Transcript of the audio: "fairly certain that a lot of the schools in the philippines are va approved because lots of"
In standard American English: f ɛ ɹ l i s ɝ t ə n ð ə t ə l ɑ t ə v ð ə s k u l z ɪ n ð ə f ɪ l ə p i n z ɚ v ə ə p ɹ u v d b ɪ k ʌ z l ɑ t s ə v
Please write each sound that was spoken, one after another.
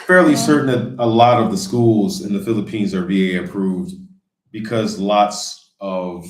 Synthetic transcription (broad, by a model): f ɛ ɹ l i s ɝ t n ð ə t ə l ɑ t ə v ð ə s k u l z ɪ n ð ə f ɪ l ə p i n z ɚ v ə ə p ɹ u v d b ɪ k ʌ z l ɑ t s ə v